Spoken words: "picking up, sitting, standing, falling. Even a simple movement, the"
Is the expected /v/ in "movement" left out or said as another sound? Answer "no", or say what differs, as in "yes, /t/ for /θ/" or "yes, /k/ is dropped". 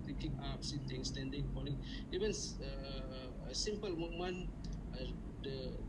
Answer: yes, /v/ is dropped